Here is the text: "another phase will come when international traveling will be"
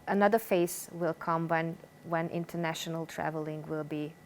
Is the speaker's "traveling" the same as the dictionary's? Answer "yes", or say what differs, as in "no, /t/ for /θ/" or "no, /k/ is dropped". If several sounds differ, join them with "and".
yes